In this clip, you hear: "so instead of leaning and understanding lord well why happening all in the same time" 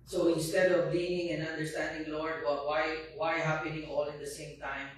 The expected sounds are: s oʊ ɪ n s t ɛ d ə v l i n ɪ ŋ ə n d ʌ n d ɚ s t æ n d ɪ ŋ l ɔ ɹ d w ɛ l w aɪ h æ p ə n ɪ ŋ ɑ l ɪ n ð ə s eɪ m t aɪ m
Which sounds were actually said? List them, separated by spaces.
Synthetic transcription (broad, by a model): s oʊ ɪ n s t ɛ d ə v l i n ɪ ŋ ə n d ʌ n d ɚ s t æ n d ɪ ŋ l ɔ ɹ d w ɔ w w aɪ h æ p ə n ɪ ŋ ɑ l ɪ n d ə s eɪ m t aɪ m